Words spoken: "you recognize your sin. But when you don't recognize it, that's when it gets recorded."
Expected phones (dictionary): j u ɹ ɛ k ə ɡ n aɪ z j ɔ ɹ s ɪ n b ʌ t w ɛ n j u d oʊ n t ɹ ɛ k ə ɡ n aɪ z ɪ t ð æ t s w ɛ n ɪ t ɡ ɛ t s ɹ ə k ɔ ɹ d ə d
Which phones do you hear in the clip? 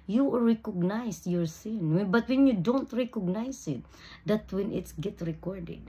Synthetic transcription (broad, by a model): j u ɹ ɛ k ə ɡ n aɪ s j ɔ ɹ s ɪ n b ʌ t w ɛ n j u d oʊ n t ɹ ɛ k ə ɡ n aɪ s ɪ t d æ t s w ɛ n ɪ t ɡ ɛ t ɹ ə k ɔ ɹ d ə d